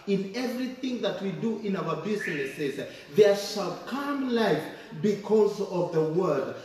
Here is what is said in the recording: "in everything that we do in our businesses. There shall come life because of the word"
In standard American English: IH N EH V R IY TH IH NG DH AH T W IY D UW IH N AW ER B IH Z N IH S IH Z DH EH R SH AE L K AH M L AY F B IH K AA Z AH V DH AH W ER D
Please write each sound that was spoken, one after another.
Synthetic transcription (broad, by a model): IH N EH V R IY TH IH NG DH AH T W IY D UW IH N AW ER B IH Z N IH S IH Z DH EH R SH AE L K AH M L AY F B IH K AA Z AH V DH AH W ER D